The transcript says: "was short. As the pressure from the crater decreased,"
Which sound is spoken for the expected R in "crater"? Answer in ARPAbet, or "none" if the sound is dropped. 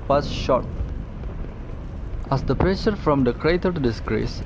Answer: R